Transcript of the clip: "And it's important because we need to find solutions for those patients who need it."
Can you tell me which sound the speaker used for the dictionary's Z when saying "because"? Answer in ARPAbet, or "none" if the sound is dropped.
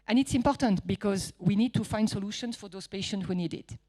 Z